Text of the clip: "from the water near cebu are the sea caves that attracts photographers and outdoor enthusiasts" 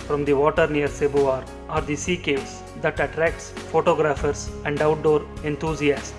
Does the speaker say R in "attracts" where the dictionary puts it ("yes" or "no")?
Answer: yes